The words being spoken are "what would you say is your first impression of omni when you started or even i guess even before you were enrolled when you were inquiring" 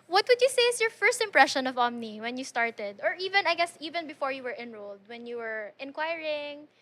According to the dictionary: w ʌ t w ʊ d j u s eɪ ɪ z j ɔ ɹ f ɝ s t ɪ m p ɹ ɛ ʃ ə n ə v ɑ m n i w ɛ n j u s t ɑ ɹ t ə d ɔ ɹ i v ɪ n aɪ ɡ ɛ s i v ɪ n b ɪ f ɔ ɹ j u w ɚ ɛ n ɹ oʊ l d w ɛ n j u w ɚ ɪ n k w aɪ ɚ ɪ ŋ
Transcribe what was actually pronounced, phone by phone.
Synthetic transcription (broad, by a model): w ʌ t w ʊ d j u s eɪ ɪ s j ɔ ɹ f ɝ s t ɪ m p ɹ ɛ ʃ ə n ə v ɑ m n i w ɛ n j u s t ɑ ɹ t ə d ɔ ɹ i v ɪ n aɪ ɡ ɛ s i v ɪ n b ɪ f ɔ ɹ j u w ɚ ɛ n ɹ oʊ l d w ɛ n j u w ɚ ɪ n k w aɪ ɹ ɪ ŋ